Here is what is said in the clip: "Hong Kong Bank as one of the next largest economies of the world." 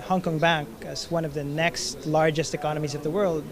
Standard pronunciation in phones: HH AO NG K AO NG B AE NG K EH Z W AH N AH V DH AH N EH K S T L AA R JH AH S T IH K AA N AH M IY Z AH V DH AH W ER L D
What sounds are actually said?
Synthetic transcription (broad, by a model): HH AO NG K AO NG B AE NG K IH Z W AH N AH V DH AH N EH K S T L AA R JH AH S T IH K AA N AH M IY Z AH V DH AH W ER L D